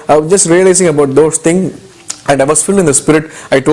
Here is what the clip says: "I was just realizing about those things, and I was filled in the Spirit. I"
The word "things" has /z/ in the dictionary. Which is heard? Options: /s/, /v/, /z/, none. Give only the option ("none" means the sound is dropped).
none